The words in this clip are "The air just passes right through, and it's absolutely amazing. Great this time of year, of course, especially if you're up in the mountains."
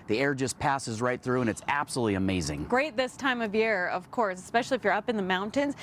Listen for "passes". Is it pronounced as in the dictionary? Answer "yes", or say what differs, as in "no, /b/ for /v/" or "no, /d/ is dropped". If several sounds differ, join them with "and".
yes